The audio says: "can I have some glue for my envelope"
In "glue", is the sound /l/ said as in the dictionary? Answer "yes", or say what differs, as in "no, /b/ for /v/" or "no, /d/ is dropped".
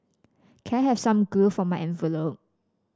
no, /l/ is dropped